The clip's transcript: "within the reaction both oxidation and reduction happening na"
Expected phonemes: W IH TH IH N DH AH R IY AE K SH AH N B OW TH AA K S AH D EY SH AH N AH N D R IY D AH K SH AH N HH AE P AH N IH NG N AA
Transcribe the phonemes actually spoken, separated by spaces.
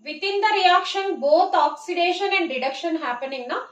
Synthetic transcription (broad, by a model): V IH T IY N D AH R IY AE K SH AH N B OW T AA K S AH D EY SH AH N AH N D R IY D AH K SH AH N HH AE P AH N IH NG N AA